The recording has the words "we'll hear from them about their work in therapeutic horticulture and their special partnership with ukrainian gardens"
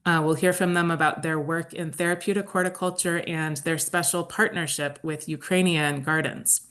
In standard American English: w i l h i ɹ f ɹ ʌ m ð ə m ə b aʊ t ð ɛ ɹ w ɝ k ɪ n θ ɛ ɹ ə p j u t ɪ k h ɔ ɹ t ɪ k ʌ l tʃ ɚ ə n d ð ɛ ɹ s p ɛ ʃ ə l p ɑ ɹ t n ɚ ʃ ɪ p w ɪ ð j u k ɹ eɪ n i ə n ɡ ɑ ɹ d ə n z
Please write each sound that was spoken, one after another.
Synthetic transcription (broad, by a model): w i l h i ɹ f ɹ ʌ m ð ə m ə b aʊ t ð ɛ ɹ w ɝ k ɪ n θ ɛ ɹ ə p j u t ɪ k ɔ ɹ t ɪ k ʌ l tʃ ɚ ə n ð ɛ ɹ s p ɛ ʃ l p ɑ ɹ t n ɚ ʃ ɪ p w ɪ ð j u k ɹ eɪ n i ə n ɡ ɑ ɹ d n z